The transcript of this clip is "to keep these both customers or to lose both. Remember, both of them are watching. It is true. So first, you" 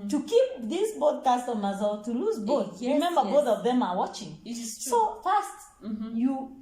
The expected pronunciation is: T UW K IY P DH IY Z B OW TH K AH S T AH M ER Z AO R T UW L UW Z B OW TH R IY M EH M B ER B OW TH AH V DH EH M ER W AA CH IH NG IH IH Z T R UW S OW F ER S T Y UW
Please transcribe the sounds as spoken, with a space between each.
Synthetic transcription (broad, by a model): T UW K IY P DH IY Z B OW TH K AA S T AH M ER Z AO L T UW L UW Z B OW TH R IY M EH M B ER B OW TH AH V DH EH M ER W AA CH IH NG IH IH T S OW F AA S T Y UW